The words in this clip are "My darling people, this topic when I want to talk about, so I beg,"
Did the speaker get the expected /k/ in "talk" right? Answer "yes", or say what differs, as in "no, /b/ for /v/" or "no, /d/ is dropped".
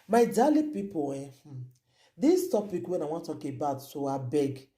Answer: yes